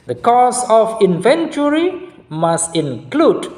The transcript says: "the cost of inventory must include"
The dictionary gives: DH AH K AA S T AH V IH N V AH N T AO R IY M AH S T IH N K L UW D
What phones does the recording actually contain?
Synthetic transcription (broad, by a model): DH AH K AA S AH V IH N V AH N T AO R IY M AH S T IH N K L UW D